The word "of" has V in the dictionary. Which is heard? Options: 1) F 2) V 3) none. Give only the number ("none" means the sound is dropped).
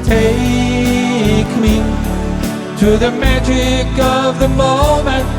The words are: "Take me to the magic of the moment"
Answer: 2